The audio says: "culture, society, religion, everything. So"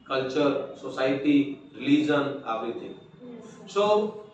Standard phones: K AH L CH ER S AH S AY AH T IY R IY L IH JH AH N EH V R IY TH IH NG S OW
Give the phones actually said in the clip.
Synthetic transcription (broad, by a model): K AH L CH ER S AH S AY T IY R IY L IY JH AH N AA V IY T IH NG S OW